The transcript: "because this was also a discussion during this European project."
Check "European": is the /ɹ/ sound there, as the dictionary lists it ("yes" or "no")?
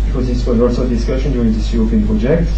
no